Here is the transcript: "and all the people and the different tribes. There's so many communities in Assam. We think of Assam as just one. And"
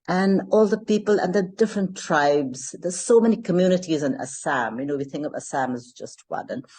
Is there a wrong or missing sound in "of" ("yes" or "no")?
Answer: no